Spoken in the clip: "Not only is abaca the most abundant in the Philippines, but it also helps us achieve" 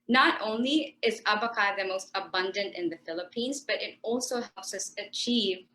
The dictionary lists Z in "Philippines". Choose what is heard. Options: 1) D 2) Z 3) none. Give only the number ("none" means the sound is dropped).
2